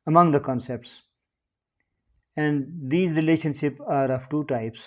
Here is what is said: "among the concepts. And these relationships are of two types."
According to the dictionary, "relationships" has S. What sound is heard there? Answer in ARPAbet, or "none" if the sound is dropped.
none